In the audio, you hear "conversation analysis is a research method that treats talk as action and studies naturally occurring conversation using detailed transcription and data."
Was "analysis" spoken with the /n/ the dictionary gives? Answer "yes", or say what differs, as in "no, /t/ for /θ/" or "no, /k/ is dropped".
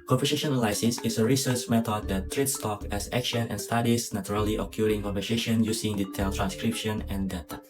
no, /l/ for /n/